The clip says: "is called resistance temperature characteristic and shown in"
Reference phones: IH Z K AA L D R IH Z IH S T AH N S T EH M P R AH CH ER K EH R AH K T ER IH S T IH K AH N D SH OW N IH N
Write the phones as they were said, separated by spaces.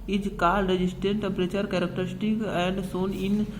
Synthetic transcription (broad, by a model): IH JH K AA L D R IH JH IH S T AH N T T EH M P R AH CH ER K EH R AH K T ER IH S T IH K AH N D S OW N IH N